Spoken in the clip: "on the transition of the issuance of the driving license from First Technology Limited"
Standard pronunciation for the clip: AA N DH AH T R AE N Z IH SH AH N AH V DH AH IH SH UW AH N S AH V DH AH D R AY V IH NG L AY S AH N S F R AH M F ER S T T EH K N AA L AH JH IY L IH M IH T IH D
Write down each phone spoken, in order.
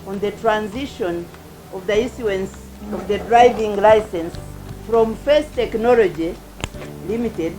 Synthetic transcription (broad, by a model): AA N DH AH T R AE N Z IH SH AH N AH V DH AH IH S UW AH N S AH V DH AH D R AY V IH NG L AY S AH N S F R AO M F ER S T T EH K N AA L AH JH IY L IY M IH T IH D